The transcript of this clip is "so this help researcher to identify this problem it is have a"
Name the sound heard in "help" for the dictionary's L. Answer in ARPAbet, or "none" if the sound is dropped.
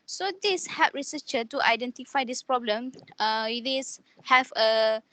none